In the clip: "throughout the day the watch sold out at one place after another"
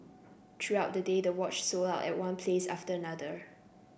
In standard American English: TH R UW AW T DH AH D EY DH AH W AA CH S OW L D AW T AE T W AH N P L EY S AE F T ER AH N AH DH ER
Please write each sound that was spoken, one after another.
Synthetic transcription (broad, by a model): T R UW AW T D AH D EY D AH W AA CH S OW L AW T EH T W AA N P L EY S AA F T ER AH N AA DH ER